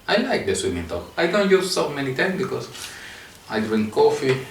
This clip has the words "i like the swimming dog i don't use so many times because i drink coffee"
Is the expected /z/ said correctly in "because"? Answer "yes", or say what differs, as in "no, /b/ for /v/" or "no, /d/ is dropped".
no, /s/ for /z/